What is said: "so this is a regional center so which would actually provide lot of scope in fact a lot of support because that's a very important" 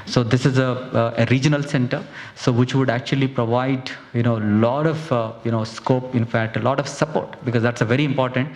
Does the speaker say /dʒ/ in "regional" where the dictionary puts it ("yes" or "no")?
yes